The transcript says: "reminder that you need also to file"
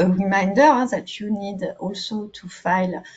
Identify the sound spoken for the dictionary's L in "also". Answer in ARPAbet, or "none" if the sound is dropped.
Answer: L